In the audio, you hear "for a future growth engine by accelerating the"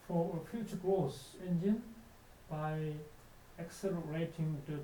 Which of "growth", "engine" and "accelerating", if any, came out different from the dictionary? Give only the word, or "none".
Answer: growth